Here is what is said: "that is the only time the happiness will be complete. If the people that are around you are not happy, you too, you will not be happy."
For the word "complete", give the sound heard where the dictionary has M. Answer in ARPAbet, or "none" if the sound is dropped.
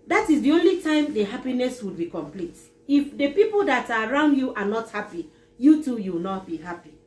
M